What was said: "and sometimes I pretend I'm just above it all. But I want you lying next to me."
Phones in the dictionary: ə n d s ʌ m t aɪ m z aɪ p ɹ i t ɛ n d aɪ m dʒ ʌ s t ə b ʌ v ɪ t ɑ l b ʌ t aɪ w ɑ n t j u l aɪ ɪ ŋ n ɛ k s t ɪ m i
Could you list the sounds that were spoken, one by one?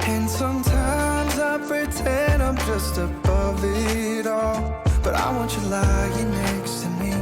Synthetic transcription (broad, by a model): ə n s ʌ m t aɪ m z aɪ p ɹ i t ɛ n d aɪ m dʒ ʌ s t ə b ʌ v ɪ t ɑ l b ʌ t aɪ w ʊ n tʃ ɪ l aɪ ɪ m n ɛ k s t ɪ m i